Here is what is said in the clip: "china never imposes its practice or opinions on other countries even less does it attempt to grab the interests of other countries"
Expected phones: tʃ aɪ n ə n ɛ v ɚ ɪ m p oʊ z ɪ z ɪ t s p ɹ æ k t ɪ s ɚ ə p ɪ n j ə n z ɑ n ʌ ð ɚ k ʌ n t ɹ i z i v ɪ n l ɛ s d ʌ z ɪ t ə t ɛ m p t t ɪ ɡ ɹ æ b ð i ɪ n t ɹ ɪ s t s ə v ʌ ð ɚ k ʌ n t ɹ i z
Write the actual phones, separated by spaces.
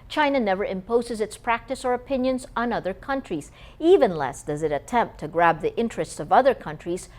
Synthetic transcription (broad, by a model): tʃ aɪ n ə n ɛ v ɚ ɪ m p oʊ z ɪ z ɪ t s p ɹ æ k t ɪ s ɚ ə p ɪ n j ə n z n ʌ ð ɚ k ʌ n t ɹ i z i v ɪ n l ɛ s d ʌ z ɪ t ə t ɛ m p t t ɪ ɡ ɹ æ b ð i ɪ n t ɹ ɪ s t s ə v ʌ ð ɚ k ʌ n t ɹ i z